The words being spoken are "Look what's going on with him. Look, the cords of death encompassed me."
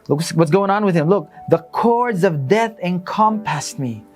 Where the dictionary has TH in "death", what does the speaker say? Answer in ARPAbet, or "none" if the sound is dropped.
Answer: TH